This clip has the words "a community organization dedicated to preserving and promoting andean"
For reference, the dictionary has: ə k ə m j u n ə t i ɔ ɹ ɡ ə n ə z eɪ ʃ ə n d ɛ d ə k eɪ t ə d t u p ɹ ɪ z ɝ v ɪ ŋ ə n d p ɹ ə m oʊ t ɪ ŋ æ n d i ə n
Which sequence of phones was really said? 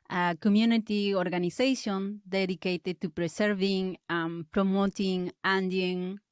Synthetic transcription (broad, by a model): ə k ə m j u n ə t i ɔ ɹ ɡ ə n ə s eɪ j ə n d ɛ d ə k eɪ t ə t u p ɹ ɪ s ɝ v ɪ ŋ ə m p ɹ ə m oʊ t ɪ ŋ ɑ n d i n